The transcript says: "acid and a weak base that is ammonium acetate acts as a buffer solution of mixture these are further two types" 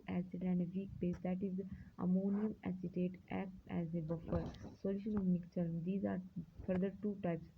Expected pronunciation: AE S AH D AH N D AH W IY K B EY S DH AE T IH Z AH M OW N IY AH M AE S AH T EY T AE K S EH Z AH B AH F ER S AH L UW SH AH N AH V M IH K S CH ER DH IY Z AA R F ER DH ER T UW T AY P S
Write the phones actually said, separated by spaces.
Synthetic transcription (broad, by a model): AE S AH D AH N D AH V IY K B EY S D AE T IH Z AH M OW N IY AH M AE S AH T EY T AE K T EH Z AH B AH F ER S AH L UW SH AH N AH V M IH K CH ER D IY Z AA R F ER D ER T UW T AY P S